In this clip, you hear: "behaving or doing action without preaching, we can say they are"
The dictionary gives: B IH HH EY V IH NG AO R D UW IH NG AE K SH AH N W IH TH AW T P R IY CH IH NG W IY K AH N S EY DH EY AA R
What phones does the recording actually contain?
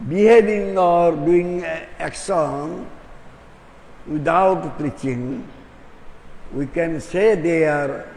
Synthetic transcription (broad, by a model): B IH HH EY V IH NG AO R D UW IH NG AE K S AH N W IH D AW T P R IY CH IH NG W IY K AH N S EY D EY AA R